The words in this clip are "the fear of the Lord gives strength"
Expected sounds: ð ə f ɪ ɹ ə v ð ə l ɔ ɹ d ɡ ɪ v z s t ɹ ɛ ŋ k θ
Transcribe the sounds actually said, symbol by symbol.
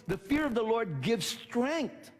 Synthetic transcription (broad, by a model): ð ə f ɪ ɹ ə v ð ə l ɔ ɹ d ɡ ɪ v z s t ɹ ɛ ŋ k θ